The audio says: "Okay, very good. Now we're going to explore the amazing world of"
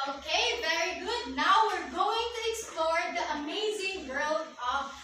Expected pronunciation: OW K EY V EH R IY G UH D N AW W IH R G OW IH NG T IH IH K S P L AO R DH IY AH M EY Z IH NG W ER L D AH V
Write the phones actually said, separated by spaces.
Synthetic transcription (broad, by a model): OW K EY V EH R IY G UH D N AW W IH R G OW IH NG T IH IH K S P L AO R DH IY AH M EY Z IH NG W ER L AH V